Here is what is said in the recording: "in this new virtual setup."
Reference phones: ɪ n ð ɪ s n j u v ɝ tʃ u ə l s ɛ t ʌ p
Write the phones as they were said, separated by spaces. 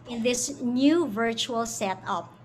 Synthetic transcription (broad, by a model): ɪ n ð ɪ s n j u v ɝ tʃ u ə l s ɛ t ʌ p